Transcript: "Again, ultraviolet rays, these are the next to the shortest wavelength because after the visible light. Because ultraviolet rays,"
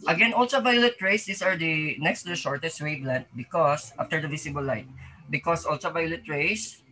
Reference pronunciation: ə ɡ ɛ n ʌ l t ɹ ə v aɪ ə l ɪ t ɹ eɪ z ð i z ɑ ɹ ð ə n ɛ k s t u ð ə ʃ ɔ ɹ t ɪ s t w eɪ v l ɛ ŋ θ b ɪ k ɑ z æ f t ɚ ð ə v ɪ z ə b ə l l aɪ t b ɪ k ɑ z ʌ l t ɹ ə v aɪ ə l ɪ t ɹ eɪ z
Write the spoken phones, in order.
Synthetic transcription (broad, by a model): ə ɡ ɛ n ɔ l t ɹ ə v aɪ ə l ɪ t ɹ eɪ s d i s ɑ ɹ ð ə n ɛ k s t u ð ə ʃ ɔ ɹ t ɪ s t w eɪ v l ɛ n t b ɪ k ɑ s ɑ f t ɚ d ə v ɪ s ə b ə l l aɪ t b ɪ k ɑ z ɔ l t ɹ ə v aɪ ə l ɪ t ɹ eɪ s